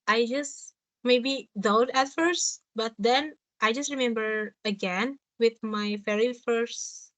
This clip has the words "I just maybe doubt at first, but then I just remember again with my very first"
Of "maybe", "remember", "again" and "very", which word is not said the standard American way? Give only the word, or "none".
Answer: very